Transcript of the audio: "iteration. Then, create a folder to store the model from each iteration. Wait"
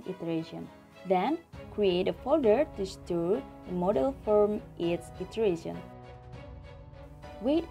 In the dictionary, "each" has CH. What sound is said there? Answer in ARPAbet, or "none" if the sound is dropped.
S